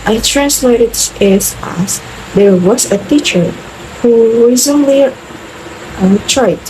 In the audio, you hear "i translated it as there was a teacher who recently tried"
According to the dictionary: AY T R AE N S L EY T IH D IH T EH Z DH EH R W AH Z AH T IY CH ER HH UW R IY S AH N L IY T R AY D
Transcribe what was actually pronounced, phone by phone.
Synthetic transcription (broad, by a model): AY T R AE N S L EY T IH D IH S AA S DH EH R W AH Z AH T IY CH ER HH UW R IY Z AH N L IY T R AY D